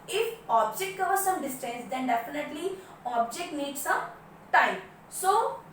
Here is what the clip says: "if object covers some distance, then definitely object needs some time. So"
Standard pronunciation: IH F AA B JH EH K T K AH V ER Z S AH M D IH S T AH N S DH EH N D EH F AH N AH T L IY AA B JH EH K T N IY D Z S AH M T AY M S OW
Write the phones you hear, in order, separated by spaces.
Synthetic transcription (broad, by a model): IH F AA B JH EH K T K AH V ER S AH M D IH S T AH S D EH N D EH F AH N AH T L IY AA B JH EH K T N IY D S AH M T AY M S OW